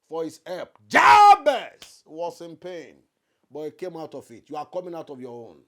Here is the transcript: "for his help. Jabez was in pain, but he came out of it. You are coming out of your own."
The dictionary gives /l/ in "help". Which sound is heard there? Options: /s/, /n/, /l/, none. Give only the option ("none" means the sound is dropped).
none